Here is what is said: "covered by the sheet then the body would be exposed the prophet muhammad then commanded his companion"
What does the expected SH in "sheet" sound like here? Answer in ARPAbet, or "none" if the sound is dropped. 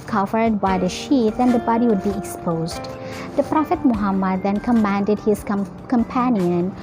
SH